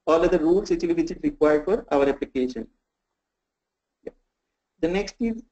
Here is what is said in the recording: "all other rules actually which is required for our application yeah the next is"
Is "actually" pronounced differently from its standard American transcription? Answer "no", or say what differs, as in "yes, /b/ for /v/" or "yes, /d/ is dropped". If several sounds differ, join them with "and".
yes, /k/ is dropped